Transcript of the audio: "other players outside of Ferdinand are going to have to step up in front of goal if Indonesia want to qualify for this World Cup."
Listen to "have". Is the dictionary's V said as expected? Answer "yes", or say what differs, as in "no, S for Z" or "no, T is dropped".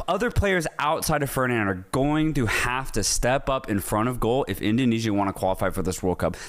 no, F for V